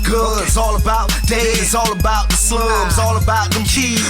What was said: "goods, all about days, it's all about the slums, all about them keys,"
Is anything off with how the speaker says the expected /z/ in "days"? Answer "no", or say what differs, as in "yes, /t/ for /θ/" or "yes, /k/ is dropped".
yes, /z/ is dropped